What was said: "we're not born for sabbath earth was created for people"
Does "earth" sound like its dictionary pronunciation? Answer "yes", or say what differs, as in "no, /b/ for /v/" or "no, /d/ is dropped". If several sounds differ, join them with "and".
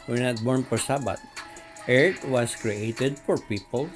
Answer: no, /t/ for /θ/